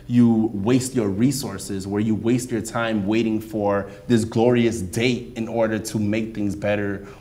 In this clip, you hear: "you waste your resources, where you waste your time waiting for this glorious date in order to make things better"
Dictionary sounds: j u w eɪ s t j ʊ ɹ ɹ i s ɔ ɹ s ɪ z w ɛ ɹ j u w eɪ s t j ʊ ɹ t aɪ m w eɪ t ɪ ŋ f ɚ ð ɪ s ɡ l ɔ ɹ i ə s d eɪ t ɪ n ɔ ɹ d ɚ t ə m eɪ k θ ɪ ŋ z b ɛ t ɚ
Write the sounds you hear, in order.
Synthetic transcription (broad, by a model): j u w eɪ s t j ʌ ɹ ɹ i s ɔ ɹ s ɪ z w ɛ ɹ j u w eɪ s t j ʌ ɹ t aɪ m w eɪ t ɪ ŋ f ɚ ð ɪ s ɡ l ɔ ɹ i ə s d eɪ t ɪ n ɔ ɹ d ɚ t ə m eɪ k θ ɪ ŋ z b ɛ t ɚ